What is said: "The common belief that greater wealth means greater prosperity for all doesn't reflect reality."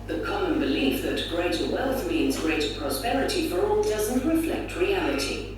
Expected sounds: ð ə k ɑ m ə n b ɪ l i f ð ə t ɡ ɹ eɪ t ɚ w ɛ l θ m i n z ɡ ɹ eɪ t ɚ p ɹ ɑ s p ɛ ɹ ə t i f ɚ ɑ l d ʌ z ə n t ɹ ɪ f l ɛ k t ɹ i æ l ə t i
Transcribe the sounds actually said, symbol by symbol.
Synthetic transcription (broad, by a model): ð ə k ɑ m ə n b ɪ l i f ð ə t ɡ ɹ eɪ t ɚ w ɛ l θ m i n z ɡ ɹ eɪ t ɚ p ɹ ɑ s p ɛ ɹ ə t i f ɚ ɑ l d ʌ z ə n t ɹ ɪ f l ɛ k t ɹ i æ l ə t i